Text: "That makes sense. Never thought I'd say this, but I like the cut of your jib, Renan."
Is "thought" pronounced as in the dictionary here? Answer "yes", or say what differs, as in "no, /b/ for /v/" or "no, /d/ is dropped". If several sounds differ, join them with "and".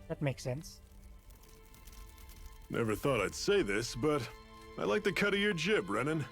yes